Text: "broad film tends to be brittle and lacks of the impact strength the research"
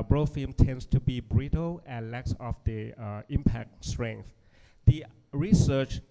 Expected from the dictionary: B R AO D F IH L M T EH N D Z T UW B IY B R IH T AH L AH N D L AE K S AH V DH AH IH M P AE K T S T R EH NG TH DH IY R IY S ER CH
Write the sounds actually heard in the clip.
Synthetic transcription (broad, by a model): B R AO F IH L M T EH N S T UW B IY B R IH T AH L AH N L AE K S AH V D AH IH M P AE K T S T R EH NG TH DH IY R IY S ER CH